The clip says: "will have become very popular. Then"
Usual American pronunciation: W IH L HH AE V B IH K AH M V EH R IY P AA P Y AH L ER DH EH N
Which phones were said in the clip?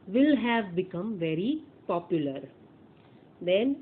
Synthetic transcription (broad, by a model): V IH L HH AE V B IH K AH M V EH R IY P AA P Y AH L ER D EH N